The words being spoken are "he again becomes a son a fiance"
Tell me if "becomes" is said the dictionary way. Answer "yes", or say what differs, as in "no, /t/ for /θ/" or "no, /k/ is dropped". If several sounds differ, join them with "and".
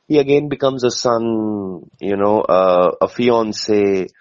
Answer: yes